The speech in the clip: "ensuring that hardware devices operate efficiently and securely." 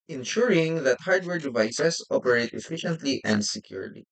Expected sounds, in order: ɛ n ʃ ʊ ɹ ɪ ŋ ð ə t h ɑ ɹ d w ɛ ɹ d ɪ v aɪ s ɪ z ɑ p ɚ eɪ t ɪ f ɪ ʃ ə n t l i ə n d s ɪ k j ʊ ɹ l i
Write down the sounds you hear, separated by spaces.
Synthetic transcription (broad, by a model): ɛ n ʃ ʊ ɹ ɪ ŋ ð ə t h ɑ ɹ d w ɛ ɹ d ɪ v aɪ s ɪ s ɑ p ɚ eɪ t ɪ f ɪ ʃ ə n t l i ə n d s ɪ k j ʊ ɹ l i